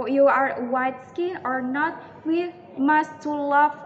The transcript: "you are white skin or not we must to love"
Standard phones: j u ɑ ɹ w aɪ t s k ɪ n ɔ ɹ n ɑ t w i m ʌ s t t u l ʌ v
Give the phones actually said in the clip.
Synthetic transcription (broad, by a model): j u ɑ ɹ w aɪ t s k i ɔ ɹ n ɑ t w i m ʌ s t t u l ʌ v